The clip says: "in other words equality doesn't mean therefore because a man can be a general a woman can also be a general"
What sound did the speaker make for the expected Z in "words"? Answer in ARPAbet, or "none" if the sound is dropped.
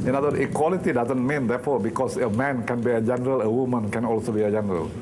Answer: none